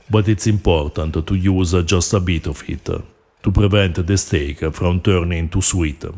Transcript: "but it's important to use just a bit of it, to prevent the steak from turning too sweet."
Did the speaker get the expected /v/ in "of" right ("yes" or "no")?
no